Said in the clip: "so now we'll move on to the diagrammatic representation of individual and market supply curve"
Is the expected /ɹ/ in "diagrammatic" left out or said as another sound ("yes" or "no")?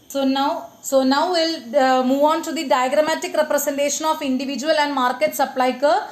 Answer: no